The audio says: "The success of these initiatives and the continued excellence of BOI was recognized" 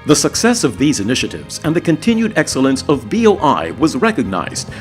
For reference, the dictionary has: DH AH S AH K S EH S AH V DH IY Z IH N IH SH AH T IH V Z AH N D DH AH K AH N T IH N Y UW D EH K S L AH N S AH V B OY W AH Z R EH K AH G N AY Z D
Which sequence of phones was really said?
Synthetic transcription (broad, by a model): DH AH S AH K S EH S AH V DH IY Z IH N IH SH AH T IH V Z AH N DH AH K AH N T IH N Y UW D EH K S L AH N S AH V B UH W AH Z R EH K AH G N AY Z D